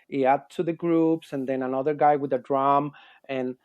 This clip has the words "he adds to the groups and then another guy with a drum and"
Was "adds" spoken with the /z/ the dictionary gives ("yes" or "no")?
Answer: no